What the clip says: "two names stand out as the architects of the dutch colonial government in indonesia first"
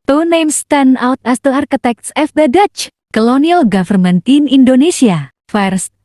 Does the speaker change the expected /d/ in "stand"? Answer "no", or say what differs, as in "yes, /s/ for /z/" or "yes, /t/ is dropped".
yes, /d/ is dropped